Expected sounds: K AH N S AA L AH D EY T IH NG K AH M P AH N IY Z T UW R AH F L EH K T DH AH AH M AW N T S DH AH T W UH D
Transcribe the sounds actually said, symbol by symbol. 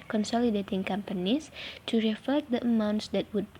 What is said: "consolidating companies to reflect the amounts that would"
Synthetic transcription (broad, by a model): K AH N S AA L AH D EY T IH NG K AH M P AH N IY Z T UW R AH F EH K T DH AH AH M AW N T S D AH T W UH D